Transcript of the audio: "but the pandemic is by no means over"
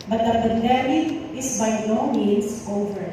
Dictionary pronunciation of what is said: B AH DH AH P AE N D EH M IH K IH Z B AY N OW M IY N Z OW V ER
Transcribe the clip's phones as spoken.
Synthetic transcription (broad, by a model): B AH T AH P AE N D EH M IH IH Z B AY N OW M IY N S OW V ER